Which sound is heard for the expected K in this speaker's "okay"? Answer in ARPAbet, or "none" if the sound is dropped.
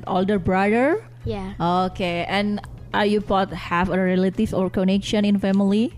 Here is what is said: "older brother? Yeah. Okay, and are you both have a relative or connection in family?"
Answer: K